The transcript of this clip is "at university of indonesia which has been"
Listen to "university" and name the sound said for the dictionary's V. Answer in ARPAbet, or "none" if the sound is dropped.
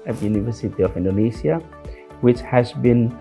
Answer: V